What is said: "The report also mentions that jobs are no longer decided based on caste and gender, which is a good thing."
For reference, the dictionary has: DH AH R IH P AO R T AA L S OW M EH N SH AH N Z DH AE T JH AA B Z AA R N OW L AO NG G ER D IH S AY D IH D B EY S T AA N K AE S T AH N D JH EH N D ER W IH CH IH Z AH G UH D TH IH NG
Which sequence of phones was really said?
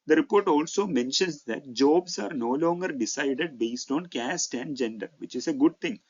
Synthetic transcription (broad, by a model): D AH R IH P AO R T AA L S OW M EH N SH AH N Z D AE T JH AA B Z AA R N OW L AO NG G ER D IH S AY D IH D B EY S T AA N K AE S T AH N D JH EH N D ER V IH CH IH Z AH G UH D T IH NG